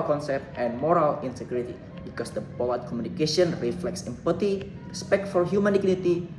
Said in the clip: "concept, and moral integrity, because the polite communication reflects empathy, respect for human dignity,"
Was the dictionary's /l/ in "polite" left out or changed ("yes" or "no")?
yes